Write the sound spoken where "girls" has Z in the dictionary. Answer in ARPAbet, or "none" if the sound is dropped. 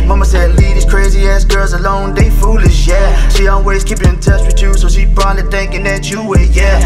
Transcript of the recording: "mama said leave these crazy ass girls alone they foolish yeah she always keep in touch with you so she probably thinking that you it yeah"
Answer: Z